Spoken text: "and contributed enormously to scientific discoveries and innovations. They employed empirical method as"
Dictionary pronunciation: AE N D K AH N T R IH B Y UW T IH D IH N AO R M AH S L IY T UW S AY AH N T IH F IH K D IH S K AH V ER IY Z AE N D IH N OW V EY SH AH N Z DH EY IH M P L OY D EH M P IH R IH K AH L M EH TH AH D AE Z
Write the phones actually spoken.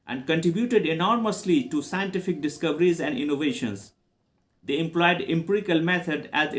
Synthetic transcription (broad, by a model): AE N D K AH N T R IH B Y UW T IH D IH N AO R M AH S L IY T UW S AY AH N T IH F IH K D IH S K AH V ER IY Z AE N D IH N OW V EY SH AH N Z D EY IH M P L OY D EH M P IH R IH K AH L M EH T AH D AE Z